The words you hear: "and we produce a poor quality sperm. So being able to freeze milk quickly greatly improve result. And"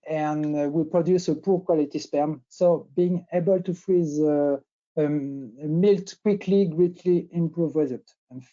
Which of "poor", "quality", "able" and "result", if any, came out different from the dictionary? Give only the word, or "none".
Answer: result